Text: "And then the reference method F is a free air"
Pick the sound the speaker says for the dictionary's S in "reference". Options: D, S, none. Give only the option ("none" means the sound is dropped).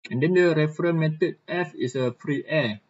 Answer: none